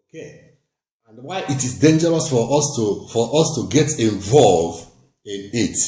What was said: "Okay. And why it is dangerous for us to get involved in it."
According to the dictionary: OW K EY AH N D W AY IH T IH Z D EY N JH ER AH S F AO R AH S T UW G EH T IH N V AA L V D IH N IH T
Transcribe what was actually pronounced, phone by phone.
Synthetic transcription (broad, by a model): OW K EY AH N D W AY IH T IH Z D EY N JH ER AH S F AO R AH S T UW G EH T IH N V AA L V IH N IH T